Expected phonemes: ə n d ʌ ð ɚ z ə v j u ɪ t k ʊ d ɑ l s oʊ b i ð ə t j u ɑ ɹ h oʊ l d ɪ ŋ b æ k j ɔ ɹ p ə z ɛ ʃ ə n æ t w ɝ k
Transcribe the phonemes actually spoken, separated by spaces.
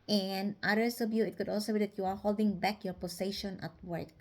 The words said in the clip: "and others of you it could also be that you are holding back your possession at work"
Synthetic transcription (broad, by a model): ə n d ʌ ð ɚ s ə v j u ɪ t k ʊ d ɑ l s oʊ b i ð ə t j u ɑ ɹ h oʊ l d ɪ ŋ b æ k j ɔ ɹ p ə s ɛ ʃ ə n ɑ t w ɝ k